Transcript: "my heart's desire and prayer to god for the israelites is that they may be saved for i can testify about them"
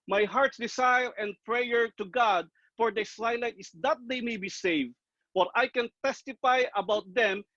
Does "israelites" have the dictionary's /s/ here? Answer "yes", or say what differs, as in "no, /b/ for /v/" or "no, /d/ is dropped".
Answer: no, /s/ is dropped